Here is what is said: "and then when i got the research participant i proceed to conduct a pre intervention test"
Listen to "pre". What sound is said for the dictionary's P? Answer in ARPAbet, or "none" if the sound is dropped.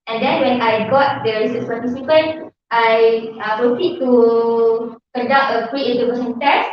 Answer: F